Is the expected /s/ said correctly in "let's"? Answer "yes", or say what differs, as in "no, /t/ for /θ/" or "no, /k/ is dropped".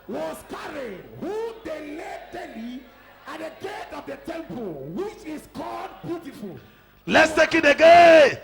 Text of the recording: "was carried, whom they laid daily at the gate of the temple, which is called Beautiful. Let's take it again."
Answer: yes